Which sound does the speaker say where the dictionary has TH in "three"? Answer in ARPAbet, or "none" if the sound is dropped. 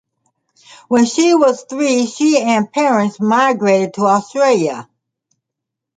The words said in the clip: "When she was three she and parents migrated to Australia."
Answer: TH